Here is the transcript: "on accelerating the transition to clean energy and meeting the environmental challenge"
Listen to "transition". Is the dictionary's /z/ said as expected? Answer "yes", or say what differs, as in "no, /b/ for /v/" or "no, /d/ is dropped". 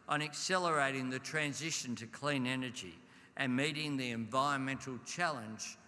yes